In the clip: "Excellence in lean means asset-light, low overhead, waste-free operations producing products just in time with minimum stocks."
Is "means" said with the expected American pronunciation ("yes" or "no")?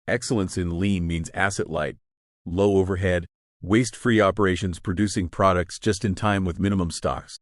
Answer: yes